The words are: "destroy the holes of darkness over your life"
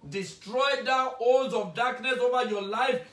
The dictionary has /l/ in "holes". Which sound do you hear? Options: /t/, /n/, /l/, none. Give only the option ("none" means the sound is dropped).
/n/